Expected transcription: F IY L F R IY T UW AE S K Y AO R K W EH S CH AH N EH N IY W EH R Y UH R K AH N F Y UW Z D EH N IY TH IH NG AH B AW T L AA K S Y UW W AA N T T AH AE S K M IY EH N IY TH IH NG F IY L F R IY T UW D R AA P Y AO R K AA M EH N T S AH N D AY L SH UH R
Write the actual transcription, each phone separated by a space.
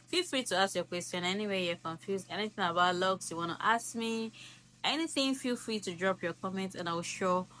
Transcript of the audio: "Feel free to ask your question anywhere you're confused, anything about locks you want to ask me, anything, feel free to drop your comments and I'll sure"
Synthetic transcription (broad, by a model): F IY L F R IY T UW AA S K Y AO K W EH S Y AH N EH N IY W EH Y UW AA K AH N F Y UW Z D EH N IY TH IH NG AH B AW T L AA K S Y UW W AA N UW T AH S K M IY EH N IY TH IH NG F IY L F R IY T UW D R AA P Y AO K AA M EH N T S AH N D AY W SH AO